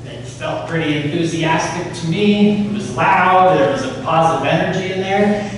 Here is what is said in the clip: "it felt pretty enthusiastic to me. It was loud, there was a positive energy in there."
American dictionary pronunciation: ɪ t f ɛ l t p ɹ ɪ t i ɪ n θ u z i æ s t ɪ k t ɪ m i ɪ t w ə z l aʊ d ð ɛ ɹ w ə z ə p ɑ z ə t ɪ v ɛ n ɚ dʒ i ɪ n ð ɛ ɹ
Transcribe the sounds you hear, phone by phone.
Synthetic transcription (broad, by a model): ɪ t f ɛ l t p ɹ ɪ t i ɪ n θ u z i æ s t ɪ k t ɪ m i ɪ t w ə z l aʊ d ð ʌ ɹ w ə z ə p ɑ z ə t ɪ v ɛ n ɚ dʒ i ɪ n ð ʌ ɹ